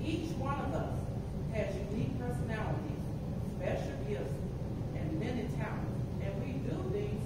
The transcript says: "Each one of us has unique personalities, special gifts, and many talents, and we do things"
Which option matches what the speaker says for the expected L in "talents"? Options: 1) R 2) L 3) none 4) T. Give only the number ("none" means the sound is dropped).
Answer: 3